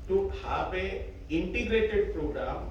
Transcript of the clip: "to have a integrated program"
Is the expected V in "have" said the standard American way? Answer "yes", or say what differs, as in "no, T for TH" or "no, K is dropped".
no, P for V